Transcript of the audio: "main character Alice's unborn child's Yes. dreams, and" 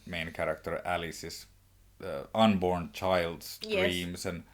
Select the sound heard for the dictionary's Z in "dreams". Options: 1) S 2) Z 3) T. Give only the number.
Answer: 1